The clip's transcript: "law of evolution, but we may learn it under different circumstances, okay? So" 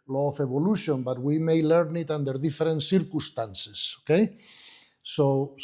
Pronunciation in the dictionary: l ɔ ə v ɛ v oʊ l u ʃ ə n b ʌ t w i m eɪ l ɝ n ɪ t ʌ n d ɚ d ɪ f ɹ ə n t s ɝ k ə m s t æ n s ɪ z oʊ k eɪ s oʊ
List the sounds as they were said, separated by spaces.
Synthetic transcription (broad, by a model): l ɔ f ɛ b oʊ l u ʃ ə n b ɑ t w i m eɪ l ɝ n ɪ t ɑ n d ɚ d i f ɹ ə n t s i k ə s t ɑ n s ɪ s oʊ k eɪ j oʊ